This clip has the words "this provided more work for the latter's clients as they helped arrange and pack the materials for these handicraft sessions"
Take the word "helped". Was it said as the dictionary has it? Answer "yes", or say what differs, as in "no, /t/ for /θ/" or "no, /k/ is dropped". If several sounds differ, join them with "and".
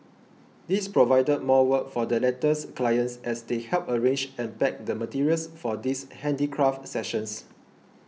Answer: no, /t/ is dropped